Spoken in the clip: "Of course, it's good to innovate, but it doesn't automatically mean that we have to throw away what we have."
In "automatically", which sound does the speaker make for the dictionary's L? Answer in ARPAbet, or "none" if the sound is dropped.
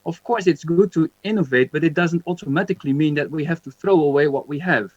L